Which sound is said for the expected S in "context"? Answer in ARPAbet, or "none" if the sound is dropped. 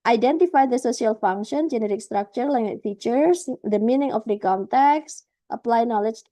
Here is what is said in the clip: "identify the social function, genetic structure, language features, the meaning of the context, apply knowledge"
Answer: S